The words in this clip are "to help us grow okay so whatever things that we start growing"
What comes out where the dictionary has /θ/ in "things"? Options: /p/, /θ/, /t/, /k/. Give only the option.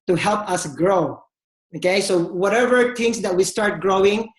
/t/